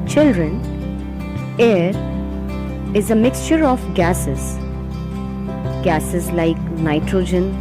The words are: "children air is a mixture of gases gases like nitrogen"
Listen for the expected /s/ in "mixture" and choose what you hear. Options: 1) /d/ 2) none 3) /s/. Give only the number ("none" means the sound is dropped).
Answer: 3